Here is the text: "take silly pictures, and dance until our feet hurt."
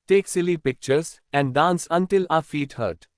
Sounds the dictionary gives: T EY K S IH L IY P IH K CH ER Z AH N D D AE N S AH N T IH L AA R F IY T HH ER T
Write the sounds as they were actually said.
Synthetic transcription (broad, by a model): T EY K S IH L IY P IH K CH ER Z AH N D D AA N S AH N T IH L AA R F IY T HH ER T